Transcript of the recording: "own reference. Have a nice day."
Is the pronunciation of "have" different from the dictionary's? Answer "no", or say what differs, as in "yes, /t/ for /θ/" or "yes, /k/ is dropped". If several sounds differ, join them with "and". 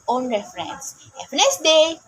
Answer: yes, /p/ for /v/